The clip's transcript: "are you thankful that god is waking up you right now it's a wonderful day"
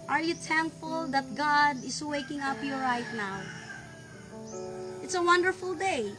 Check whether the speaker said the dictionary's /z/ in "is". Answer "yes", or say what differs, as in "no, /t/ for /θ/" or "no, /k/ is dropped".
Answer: no, /s/ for /z/